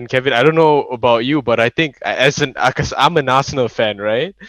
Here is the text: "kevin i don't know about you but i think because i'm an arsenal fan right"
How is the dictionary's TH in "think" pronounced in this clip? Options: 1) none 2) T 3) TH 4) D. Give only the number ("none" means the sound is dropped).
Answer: 2